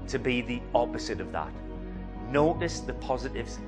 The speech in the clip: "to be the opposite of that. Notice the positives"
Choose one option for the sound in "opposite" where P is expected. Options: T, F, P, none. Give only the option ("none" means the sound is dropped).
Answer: P